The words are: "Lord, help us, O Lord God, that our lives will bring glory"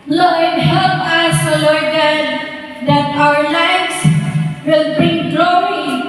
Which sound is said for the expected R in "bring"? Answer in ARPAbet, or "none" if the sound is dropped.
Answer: none